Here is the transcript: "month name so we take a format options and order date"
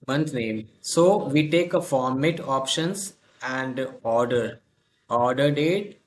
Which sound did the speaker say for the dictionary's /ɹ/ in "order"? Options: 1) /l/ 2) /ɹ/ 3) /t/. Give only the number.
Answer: 2